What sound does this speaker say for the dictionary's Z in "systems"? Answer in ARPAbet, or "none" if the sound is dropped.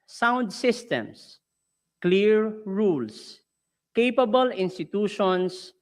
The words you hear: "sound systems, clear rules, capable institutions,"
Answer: S